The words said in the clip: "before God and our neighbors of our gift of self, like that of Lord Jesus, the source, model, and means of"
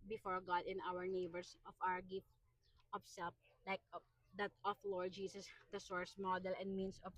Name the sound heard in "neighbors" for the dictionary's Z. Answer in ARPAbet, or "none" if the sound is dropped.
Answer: S